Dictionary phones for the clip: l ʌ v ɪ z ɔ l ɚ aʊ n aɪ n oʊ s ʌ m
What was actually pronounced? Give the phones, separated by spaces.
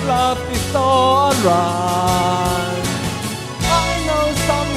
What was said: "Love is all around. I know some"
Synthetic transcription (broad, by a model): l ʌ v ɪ s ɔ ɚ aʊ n aɪ n oʊ s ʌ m